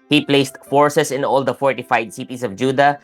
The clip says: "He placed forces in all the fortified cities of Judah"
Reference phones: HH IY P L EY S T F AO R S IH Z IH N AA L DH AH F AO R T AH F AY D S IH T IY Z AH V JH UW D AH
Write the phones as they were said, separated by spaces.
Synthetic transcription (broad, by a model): HH IY P L EY S T F AO R S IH S IH N AA L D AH F AO R T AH F AY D S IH T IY S AH V JH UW D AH